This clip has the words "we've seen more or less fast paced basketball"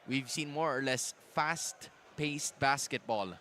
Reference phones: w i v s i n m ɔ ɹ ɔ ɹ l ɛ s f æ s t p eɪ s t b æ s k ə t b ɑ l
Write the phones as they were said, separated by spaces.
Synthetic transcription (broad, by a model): w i v s i n m ɔ ɹ ɔ ɹ l ɛ s f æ s t p eɪ s t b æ s k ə t b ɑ l